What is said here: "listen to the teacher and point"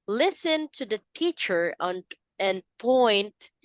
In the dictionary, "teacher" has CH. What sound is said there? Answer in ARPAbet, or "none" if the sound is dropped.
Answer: CH